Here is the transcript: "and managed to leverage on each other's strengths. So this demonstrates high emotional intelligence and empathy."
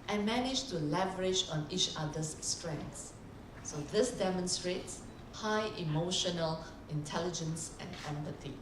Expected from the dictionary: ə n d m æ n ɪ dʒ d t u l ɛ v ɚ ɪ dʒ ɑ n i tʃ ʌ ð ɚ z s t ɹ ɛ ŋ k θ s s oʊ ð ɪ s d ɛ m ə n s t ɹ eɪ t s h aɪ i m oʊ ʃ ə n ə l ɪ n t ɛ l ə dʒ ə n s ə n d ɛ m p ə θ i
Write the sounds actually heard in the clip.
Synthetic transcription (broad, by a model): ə n m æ n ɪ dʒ t u l ɛ v ɚ ɪ dʒ ɑ n i tʃ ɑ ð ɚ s t ɹ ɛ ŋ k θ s s oʊ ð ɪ s d ɛ m ə n s t ɹ eɪ t s h aɪ i m oʊ ʃ ə n ə l ɪ n t ɛ l ə dʒ ə n s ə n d ɛ m p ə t i